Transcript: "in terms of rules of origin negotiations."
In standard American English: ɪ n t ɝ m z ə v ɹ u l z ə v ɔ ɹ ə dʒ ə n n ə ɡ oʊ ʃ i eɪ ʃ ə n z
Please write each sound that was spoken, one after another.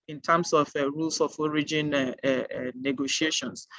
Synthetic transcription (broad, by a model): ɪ n t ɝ m s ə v ɹ u l s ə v ɔ ɹ ə dʒ ə n n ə ɡ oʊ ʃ i eɪ ʃ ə n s